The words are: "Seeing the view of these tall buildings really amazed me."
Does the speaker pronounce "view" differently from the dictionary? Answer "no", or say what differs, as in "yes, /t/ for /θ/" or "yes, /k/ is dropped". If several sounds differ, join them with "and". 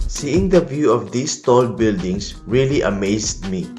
no